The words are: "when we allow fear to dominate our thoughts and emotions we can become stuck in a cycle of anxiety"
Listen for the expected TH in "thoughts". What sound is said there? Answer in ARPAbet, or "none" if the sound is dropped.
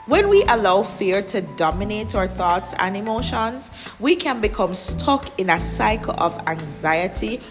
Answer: TH